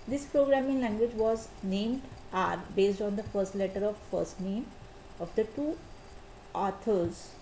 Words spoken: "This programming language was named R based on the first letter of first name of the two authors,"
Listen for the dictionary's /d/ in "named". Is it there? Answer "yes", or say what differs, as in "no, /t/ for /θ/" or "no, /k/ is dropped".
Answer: yes